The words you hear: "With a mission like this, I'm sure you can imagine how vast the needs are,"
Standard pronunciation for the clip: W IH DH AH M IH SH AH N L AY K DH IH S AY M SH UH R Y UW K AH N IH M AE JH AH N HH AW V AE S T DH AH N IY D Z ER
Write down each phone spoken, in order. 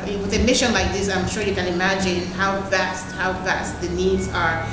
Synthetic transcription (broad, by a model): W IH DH AH M IH SH AH N L AY K DH IH S AY M SH UH R Y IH K AH N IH M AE JH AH N HH AW V AE S T DH AH N IY D Z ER